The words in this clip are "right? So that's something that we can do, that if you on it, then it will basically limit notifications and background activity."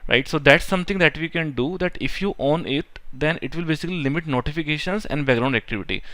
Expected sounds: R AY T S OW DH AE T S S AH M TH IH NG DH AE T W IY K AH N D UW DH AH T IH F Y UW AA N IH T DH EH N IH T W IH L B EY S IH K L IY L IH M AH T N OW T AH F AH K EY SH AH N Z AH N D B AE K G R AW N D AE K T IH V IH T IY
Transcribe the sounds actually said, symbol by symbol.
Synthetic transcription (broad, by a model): R AY T S OW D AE T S S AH M T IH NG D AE T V IY K AH N D UW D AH T IH F Y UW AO N IH T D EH N IH T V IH L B EY S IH K L IY L IH M AH T N OW T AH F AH K EY SH AH N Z AH N D B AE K G R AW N D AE K T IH V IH T IY